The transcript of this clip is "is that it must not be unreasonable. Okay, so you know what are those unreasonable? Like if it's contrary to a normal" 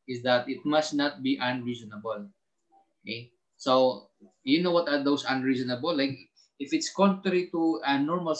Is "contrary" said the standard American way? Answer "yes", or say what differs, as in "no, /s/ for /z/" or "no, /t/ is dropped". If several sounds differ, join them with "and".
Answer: yes